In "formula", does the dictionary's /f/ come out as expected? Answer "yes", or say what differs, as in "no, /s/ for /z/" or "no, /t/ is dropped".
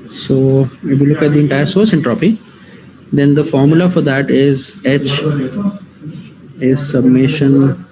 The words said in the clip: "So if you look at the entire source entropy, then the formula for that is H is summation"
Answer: yes